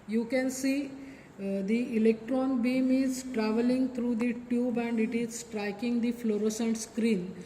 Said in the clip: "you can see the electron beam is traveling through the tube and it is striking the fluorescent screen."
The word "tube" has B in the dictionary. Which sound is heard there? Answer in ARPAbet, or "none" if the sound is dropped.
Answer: B